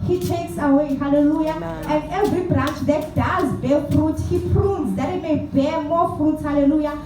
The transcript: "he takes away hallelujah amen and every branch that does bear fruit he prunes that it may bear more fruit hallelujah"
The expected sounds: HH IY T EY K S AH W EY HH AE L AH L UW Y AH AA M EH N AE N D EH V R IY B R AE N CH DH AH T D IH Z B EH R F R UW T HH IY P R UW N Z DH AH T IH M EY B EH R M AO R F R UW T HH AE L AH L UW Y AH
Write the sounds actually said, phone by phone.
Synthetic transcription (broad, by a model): HH IY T EY K S AH W EY HH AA L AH L UW Y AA EH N N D EH V R IY B R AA N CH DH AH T D IH Z B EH L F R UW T HH IY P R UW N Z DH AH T IH M EY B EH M AO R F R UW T HH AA L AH L UW Y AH